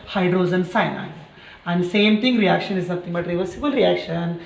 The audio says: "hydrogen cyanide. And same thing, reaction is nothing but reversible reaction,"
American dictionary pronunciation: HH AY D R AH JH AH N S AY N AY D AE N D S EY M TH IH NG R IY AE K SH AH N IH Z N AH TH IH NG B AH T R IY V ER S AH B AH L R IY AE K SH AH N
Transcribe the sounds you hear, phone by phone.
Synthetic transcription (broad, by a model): HH AY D R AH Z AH N S AY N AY AE N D S EY M T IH NG R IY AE K SH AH N IH Z N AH T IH NG B AH T R IY V ER S AH B AH L R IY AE K SH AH N